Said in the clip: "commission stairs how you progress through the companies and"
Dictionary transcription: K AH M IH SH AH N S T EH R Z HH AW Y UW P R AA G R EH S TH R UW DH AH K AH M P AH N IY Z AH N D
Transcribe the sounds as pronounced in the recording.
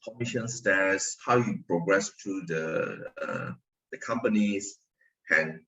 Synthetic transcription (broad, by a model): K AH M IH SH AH N S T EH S HH AW Y UW P R AA G R EH S T R UW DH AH K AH M P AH N IY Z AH N